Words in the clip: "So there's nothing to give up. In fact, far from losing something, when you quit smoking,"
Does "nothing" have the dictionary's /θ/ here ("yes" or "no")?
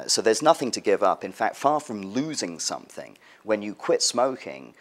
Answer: yes